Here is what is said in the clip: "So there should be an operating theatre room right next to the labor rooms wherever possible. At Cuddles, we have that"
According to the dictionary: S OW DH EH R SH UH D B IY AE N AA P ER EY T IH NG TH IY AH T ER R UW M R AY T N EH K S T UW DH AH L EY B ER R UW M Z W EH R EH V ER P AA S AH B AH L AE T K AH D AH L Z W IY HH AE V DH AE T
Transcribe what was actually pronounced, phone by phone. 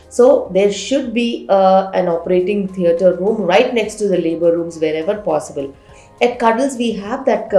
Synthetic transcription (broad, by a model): S OW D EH R SH UH D B IY AE N AA P ER EY T IH NG T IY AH T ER R UW M R AY T N EH K S T UW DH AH L EY B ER R UW M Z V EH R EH V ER P AA S AH B AH L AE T K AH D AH L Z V IY HH AE V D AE T